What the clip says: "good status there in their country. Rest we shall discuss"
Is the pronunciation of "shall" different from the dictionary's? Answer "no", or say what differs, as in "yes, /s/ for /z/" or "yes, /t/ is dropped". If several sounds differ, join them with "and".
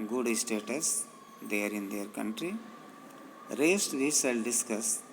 yes, /s/ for /ʃ/